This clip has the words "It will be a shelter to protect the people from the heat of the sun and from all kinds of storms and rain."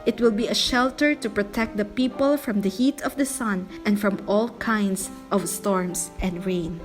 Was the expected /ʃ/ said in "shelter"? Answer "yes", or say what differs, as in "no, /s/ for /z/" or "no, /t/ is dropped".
yes